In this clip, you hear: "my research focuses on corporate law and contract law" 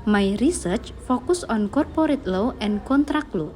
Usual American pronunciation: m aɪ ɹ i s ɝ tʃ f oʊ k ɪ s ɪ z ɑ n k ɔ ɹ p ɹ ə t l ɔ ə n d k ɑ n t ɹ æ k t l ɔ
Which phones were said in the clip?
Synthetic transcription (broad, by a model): m aɪ ɹ i s ɝ tʃ f oʊ k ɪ s ɑ n k ɔ ɹ p ɹ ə t l ɔ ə n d k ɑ n t ɹ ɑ k l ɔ